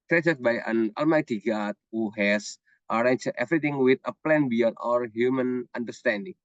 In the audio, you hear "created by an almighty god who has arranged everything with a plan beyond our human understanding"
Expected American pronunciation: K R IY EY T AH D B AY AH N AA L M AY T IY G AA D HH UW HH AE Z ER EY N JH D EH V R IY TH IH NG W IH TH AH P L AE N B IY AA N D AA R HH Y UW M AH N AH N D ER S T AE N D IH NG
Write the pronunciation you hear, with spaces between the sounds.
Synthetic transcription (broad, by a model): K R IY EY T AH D B AY AH N AA L M AY T IY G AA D HH UW HH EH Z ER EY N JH EH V R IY T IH NG W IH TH AH P L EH N B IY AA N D AA R HH Y UW M AH N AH N D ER S T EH N D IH NG